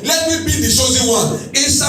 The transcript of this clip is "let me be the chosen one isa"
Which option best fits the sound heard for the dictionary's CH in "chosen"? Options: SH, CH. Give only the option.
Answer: SH